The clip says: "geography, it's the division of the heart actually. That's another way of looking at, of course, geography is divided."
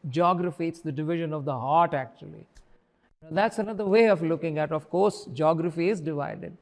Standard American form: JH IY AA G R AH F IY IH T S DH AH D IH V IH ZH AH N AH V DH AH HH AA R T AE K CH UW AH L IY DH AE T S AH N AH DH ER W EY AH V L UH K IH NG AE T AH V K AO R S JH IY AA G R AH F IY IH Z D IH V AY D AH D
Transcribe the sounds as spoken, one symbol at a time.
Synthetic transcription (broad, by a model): JH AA G R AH F IY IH T S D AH D IH V IH ZH AH N AH V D AH HH AA R T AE K CH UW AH L IY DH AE T S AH N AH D ER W EY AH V L UH K IH NG AE T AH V K AO R S JH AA G R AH F IY IH Z D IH V AY D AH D